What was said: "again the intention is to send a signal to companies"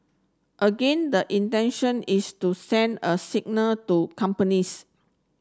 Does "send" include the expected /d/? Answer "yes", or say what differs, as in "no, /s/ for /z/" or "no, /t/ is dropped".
yes